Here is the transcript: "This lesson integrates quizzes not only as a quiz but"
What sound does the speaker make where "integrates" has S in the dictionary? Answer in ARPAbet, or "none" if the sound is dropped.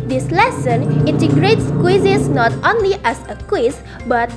S